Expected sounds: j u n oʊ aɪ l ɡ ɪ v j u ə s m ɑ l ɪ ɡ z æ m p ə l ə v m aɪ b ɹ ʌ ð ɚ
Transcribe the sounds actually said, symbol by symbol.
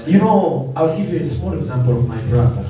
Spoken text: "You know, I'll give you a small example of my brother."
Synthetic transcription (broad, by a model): j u n oʊ aɪ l ɡ ɪ v j u ə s m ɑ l ɪ ɡ z æ m p ə l ə v m aɪ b ɹ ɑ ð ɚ